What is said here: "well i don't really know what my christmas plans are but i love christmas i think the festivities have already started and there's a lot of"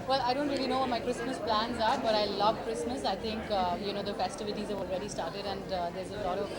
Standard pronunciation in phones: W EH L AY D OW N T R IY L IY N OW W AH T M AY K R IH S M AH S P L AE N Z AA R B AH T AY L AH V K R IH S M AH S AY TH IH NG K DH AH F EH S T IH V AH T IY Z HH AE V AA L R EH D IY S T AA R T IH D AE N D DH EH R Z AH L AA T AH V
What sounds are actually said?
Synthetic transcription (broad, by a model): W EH L AY D OW N T R IY L IY N OW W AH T M AY K R IH S M AH S P L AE N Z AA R B AH T AY L AH V K R IH S M AH S AY T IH NG K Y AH F EH S T IH V AH T IY Z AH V AA L R EH D IY S T AA R T IH D AE N D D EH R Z AH L AA T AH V